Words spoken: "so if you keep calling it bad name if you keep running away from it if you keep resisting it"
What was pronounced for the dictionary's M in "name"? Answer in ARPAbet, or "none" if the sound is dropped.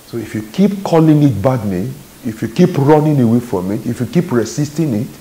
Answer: none